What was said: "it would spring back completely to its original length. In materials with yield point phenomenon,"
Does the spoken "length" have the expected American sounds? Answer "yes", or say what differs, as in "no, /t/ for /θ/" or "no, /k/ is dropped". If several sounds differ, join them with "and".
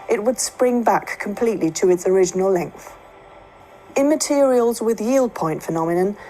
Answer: yes